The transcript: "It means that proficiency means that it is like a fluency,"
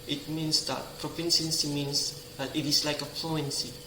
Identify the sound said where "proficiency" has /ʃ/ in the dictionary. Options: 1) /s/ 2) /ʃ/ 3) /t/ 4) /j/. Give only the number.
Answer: 1